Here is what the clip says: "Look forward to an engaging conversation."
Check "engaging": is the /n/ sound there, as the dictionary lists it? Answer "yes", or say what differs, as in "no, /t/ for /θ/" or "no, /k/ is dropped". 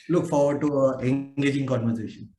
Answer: no, /n/ is dropped